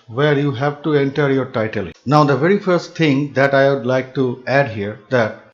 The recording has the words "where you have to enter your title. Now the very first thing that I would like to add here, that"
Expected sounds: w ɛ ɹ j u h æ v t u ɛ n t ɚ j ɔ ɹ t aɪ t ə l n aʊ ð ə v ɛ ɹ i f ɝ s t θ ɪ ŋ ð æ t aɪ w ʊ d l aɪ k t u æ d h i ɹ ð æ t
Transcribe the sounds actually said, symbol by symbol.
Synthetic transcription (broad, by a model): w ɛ ɹ j u h æ v t u ɛ n t ɚ j ɔ ɹ t aɪ t ə l n aʊ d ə v ɛ ɹ i f ɝ s t t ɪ ŋ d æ t aɪ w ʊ d l aɪ k t u æ d h i ɹ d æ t